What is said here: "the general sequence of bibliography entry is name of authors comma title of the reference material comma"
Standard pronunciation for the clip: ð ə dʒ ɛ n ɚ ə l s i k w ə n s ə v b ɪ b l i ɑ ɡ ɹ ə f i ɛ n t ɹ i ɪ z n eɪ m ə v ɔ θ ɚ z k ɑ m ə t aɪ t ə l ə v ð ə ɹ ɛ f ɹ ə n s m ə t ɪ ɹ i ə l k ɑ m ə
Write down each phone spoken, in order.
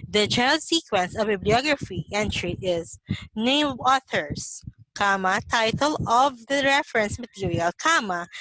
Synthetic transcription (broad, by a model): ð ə dʒ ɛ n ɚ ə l s i k w ə n s ə v b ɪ b l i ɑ ɡ ɹ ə f i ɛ n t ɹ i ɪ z n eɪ ə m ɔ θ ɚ s k ɑ m ə t aɪ t ə l ə v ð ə ɹ ɛ f ɹ ə n s m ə t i ɹ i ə l k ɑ m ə